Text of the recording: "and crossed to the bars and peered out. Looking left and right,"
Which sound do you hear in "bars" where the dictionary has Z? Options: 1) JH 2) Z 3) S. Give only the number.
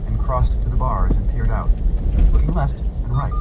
2